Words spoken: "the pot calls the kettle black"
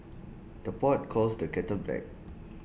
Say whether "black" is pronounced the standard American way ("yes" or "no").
no